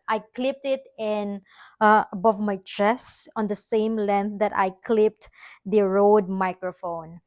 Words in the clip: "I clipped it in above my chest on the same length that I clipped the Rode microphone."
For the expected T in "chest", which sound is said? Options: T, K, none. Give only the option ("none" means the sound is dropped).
none